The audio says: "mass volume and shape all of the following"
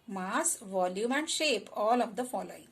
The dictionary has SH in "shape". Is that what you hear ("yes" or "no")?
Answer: yes